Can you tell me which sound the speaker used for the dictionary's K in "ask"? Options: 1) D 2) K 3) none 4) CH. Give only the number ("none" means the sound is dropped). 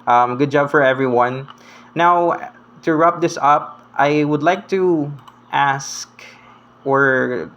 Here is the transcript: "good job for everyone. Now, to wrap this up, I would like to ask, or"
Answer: 2